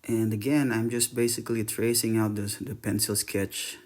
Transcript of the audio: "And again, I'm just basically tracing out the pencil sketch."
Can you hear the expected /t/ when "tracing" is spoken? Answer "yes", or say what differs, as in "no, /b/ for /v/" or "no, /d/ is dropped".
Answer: yes